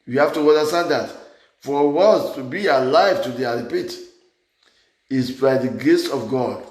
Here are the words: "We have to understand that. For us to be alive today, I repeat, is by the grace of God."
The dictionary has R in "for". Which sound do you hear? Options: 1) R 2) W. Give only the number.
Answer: 2